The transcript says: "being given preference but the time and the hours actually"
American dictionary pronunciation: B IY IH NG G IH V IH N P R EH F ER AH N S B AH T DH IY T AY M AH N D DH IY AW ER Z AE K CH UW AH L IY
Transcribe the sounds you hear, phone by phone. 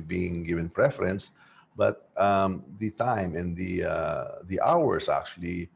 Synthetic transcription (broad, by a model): B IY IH NG G IH V IH N P R EH F ER AH N S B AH T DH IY T AY M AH N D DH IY AW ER S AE K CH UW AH L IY